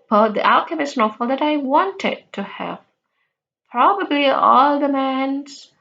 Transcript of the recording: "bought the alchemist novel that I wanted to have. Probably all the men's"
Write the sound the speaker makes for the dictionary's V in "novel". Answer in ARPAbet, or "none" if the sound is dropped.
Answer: F